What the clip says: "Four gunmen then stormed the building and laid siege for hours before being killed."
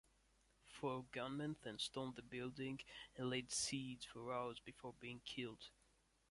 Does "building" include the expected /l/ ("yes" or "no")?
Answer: yes